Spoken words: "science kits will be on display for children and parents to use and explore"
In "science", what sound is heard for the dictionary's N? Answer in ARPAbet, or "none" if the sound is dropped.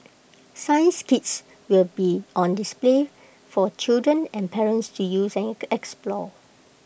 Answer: N